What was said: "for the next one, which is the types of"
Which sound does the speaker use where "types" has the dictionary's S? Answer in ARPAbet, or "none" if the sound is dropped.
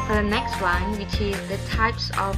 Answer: S